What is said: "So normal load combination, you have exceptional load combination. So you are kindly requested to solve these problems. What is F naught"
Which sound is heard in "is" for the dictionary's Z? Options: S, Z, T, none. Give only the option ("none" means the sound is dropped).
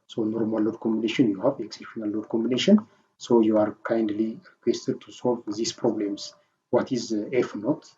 Z